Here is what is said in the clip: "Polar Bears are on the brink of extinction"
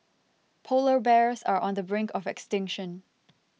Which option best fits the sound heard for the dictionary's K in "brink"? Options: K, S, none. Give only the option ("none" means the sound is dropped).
K